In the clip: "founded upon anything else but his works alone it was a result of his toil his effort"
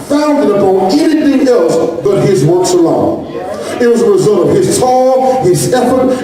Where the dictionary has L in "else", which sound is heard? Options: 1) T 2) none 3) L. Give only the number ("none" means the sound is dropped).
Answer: 3